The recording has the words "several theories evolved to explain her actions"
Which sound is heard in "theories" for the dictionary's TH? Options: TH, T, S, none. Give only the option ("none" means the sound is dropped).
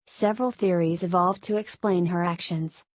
TH